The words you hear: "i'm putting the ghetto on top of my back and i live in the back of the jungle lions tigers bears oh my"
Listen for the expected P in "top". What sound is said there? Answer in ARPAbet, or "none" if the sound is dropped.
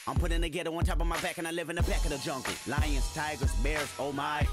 P